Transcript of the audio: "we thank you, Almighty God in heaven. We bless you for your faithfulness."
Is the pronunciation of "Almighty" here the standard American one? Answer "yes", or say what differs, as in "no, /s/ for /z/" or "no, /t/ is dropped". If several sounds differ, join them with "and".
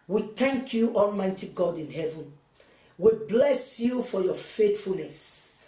yes